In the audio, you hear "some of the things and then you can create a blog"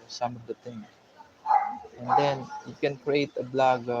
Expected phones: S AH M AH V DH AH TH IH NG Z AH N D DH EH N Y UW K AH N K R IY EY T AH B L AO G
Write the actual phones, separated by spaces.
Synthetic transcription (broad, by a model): S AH M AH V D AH T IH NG AH N D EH N Y UW K AH N K R IY EY T AH B L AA G